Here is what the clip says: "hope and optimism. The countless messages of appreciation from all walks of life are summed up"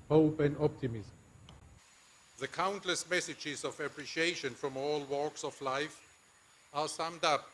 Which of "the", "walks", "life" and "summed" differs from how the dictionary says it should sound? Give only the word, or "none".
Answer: none